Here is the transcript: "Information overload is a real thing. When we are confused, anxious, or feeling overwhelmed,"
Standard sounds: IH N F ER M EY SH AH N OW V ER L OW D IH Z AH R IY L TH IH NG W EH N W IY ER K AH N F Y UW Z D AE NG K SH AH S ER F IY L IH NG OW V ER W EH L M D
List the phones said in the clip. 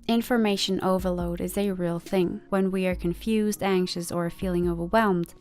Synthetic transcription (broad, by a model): IH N F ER M EY SH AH N OW V ER L OW D IH Z AH R IY L TH IH NG W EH N W IY ER K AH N F Y UW Z D AE NG K SH AH S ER F IY L IH NG OW V ER W EH L M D